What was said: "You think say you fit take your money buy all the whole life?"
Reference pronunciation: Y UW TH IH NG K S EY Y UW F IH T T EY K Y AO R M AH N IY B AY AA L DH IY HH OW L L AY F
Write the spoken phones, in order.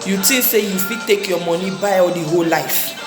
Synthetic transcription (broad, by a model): Y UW T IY S EY Y UW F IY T T EY K Y AO M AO N IY B AY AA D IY HH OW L L AY F